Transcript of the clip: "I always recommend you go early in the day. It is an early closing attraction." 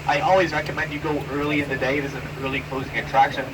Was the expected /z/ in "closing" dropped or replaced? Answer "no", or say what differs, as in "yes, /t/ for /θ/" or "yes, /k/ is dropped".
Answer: no